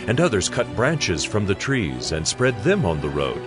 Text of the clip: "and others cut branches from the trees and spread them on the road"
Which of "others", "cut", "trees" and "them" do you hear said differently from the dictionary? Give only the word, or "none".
none